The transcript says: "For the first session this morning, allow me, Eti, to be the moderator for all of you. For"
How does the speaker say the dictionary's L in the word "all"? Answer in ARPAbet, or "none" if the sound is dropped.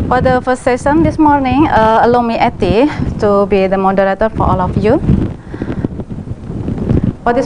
L